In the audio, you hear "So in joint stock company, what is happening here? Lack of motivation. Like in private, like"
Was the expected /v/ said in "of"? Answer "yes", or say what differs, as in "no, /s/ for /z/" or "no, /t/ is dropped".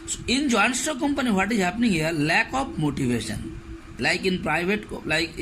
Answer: no, /p/ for /v/